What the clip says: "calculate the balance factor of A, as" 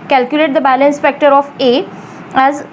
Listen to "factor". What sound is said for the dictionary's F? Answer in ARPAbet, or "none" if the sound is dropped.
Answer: P